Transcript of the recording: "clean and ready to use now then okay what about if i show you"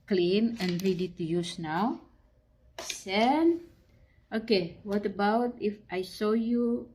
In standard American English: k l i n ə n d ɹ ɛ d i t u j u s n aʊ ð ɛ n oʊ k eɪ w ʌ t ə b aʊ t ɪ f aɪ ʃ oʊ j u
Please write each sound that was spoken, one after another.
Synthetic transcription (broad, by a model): k l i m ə n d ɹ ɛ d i t u j u s n aʊ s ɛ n oʊ k eɪ w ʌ t ə b aʊ t ɪ f aɪ s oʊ j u